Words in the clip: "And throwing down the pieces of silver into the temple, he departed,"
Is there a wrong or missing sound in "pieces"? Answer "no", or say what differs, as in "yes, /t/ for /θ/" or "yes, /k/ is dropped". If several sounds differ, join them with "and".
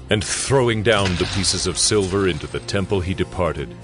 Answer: no